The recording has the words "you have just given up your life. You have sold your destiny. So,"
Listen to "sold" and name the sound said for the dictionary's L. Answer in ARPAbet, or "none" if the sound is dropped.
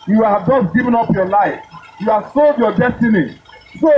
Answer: L